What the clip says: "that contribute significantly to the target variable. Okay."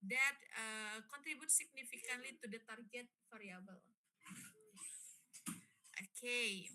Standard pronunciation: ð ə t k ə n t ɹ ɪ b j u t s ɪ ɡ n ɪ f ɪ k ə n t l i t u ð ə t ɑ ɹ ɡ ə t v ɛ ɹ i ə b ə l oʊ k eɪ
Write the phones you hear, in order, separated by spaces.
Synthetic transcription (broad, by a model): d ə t k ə n t ɹ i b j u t s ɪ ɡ n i f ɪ k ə n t l i t u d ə t ɑ ɹ ɡ ə t f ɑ ɹ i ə b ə l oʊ k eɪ